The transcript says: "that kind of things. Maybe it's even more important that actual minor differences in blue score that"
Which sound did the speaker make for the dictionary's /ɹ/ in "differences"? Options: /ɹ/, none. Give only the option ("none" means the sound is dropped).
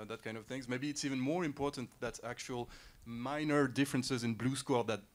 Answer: /ɹ/